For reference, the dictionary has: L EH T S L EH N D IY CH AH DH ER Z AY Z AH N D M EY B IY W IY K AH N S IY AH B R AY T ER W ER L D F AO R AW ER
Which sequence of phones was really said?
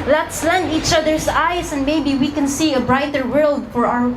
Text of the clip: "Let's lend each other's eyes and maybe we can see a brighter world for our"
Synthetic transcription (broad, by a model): L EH T S L EH N D IY CH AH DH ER S AY S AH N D M EY B IY W IY K AH N S IY AH B R AY T ER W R L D F AO R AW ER